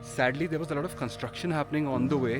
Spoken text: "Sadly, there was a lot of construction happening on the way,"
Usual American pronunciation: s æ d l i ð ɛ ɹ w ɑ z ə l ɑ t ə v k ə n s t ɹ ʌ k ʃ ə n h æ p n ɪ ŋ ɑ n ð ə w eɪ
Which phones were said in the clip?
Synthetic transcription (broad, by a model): s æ d l i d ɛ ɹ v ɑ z ə l ɑ t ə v k ə n s t ɹ ʌ k ʃ ə n h æ p n ɪ ŋ ɑ n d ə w eɪ